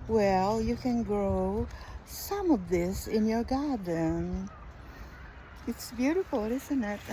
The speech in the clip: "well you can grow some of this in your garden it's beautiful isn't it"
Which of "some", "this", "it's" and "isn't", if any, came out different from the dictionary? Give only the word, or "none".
none